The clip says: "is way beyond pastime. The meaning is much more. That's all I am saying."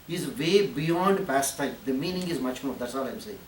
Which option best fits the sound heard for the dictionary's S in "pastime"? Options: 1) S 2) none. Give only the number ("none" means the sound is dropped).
1